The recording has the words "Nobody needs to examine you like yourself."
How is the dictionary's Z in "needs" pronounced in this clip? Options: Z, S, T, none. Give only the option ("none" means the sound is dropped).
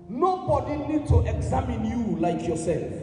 none